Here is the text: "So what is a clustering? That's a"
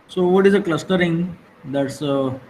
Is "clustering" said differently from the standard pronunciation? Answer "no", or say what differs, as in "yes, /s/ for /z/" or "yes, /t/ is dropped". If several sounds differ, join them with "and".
no